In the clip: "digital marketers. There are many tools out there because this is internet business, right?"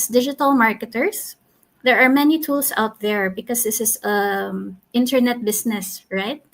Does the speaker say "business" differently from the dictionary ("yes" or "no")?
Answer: yes